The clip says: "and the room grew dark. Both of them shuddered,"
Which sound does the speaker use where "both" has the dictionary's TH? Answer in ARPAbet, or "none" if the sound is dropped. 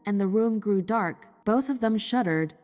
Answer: TH